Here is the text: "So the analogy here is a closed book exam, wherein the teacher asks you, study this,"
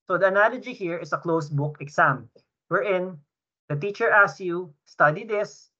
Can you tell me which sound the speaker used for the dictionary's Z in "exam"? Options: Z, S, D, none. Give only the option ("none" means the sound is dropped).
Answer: S